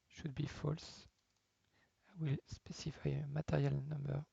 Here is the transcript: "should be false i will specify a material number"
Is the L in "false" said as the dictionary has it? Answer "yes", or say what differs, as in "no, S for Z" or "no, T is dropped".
yes